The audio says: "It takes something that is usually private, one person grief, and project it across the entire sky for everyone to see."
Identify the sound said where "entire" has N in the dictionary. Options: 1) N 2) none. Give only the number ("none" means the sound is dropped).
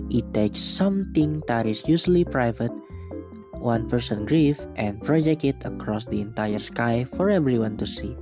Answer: 1